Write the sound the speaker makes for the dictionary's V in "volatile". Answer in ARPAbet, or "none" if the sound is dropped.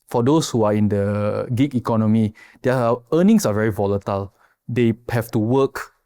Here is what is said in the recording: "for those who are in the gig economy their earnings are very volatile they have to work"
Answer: V